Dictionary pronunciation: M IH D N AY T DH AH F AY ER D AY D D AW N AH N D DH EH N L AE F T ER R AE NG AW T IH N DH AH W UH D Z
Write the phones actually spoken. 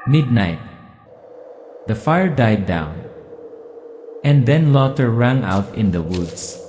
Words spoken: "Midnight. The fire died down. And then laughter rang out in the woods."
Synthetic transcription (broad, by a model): M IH D N AY T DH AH F AY ER D AY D D AW N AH N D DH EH N L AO T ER R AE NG AW T IH N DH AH W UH D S